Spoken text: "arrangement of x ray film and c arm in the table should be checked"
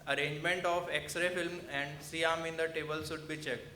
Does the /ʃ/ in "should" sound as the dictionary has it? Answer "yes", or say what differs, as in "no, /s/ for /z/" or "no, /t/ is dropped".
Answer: no, /s/ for /ʃ/